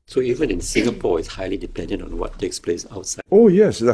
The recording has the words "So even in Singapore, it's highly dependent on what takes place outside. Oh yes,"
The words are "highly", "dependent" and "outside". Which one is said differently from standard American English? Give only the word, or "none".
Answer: outside